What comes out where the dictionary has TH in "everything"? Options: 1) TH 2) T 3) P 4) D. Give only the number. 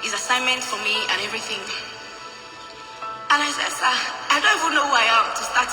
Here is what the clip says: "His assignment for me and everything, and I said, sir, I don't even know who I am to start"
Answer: 1